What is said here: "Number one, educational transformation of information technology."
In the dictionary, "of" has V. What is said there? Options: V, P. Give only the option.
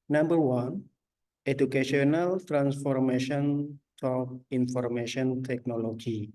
P